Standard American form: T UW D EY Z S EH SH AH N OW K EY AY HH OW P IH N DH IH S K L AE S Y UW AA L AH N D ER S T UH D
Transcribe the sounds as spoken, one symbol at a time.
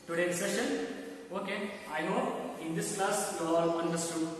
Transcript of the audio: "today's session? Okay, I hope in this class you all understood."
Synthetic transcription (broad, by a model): T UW D EY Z S EH SH AH N OW K EY AY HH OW IH N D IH S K L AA S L AA L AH N D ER S T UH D